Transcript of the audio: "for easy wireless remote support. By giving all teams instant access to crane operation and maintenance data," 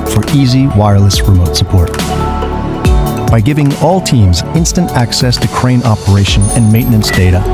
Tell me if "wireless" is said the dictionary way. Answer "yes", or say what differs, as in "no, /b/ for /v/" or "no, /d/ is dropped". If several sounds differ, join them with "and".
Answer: yes